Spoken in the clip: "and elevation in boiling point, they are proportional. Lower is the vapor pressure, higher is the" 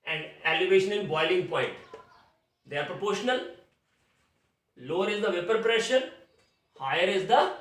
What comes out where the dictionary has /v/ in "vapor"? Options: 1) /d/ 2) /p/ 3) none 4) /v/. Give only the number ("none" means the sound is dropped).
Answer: 4